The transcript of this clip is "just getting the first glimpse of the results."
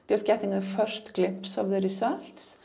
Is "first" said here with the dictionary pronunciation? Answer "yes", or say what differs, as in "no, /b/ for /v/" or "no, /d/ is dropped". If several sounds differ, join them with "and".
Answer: no, /ʃ/ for /s/